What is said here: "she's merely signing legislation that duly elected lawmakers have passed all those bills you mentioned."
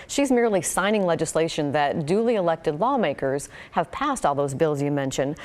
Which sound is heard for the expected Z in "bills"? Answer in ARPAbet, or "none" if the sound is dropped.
Z